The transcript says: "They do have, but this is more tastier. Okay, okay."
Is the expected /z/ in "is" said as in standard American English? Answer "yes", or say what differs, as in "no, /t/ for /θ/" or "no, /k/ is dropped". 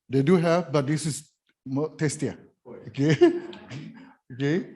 no, /s/ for /z/